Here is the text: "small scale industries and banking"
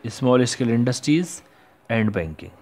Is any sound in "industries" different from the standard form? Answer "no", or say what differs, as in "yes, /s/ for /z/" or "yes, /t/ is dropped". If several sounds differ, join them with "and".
no